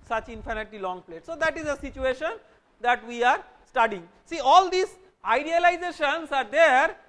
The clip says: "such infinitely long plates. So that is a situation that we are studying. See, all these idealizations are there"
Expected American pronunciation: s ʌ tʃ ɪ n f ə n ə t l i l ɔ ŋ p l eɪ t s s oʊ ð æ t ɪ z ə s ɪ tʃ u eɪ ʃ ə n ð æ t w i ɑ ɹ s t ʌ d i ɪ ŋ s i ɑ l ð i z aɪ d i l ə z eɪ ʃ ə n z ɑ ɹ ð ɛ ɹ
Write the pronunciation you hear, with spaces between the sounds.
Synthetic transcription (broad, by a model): s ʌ tʃ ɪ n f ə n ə t i l ɔ ŋ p l eɪ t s s oʊ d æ t ɪ z ə s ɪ tʃ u eɪ ʃ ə n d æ t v i ɑ ɹ s t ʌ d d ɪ ŋ s i ɑ l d i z aɪ d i l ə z eɪ ʃ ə n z ɑ ɹ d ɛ ɹ